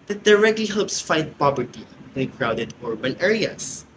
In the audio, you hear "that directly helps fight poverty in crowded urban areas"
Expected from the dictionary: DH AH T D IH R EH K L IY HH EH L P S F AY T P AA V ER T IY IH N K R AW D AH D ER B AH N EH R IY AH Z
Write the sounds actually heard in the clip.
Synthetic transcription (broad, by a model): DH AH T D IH R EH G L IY HH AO P S F AY T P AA B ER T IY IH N K R AW D AH D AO B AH N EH R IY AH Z